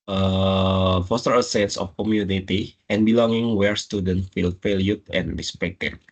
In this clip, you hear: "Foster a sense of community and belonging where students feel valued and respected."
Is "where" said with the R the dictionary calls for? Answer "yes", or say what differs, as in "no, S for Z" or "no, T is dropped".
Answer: yes